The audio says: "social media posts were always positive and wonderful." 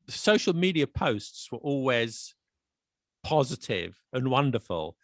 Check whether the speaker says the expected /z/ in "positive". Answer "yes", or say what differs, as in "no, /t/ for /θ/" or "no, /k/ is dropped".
yes